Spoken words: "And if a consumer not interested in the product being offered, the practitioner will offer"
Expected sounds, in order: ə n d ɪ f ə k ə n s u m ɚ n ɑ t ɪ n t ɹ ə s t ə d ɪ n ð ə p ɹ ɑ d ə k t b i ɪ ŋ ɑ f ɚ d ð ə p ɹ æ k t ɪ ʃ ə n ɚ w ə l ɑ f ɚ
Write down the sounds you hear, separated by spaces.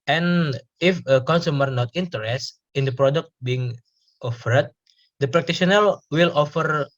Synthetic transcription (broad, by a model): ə n ɪ f ə k ə n s u m ɚ n ɑ t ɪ n t ə t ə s ɪ n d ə p ɹ ɑ d ə k t b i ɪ ŋ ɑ f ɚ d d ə p ɹ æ k t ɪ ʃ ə n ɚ w ə l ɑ f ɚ